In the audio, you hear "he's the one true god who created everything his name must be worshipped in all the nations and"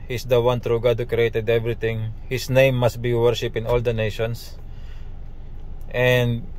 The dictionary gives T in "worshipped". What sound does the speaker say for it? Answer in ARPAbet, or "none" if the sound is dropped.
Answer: none